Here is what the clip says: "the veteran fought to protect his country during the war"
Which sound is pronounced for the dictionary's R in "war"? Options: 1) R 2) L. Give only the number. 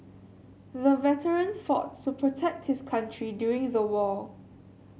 2